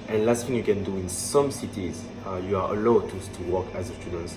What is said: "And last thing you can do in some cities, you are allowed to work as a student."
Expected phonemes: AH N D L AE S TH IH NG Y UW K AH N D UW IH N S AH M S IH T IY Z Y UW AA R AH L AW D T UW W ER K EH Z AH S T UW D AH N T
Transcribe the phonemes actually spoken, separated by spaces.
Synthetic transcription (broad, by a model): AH N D L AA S F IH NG Y UW K AH N D UW IH N S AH M S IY T IY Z Y UW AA L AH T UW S T UW W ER K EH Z AH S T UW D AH N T